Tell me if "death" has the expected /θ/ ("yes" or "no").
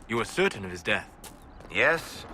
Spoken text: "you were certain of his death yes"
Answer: yes